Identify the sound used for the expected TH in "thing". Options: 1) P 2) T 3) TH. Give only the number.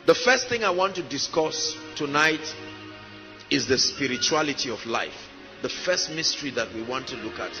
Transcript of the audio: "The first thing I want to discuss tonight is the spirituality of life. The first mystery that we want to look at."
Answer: 3